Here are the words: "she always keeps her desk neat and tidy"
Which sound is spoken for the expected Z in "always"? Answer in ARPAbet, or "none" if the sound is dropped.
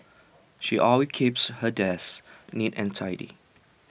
none